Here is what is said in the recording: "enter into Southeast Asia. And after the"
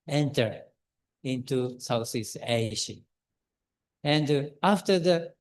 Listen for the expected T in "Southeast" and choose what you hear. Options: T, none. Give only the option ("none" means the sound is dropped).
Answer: none